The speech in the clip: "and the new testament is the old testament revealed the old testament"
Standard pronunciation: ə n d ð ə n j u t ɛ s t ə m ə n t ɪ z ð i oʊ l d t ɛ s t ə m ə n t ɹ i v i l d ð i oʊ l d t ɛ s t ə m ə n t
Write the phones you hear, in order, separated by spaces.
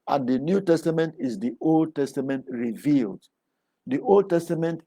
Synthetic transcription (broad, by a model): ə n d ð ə n j u t ɛ s t ə m ə n t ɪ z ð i oʊ l d t ɛ s t ə m ə n t ɹ i v i l d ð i oʊ l d t ɛ s t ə m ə n t